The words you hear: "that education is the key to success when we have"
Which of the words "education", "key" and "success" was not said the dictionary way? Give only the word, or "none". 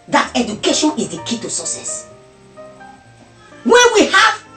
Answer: success